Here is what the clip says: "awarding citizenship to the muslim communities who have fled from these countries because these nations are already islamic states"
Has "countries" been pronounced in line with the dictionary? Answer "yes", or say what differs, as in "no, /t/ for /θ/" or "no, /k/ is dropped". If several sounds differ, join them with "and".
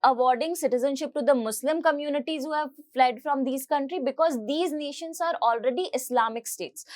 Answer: no, /z/ is dropped